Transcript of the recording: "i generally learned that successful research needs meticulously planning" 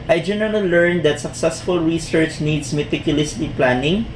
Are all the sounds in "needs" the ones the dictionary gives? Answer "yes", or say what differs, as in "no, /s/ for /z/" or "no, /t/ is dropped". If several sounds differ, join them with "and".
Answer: no, /s/ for /z/